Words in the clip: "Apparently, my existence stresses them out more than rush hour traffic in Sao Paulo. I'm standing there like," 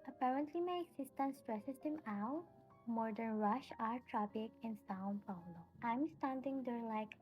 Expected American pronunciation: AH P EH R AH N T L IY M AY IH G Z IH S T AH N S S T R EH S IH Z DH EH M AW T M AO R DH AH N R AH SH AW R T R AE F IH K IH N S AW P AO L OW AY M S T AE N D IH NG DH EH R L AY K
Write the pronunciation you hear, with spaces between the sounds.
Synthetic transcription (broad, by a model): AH P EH R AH N T L IY M AY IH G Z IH S T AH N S S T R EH S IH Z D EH M AW T M AO R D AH N R AH SH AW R T R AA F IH K IH N S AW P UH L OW AY M S T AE N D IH NG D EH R L AY K